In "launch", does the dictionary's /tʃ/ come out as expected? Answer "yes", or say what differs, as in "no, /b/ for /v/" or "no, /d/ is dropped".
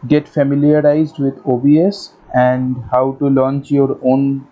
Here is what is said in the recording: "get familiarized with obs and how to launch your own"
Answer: yes